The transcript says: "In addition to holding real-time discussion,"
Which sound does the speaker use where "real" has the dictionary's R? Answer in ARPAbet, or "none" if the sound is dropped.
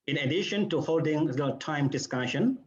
L